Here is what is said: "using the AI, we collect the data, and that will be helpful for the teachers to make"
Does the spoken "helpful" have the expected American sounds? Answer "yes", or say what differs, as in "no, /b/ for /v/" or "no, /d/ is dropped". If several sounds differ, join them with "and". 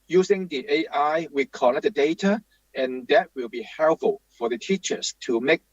no, /p/ is dropped